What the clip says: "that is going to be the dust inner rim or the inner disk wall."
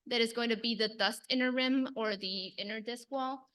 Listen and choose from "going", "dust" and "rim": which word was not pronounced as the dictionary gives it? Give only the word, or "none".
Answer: none